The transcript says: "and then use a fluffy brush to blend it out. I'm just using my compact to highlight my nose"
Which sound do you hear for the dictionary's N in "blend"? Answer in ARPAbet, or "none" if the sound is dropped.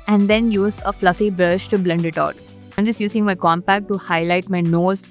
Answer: N